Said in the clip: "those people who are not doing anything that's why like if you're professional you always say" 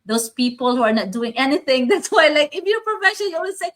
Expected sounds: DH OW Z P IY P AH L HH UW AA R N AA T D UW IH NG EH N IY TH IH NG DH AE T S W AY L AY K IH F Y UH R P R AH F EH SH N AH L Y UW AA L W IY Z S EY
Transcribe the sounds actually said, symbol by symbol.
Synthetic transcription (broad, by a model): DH OW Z P IY P AH L HH UW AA R N AA T D UW IH NG EH N IY TH IH NG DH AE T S W AY L AY K IH F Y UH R P R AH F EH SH AH N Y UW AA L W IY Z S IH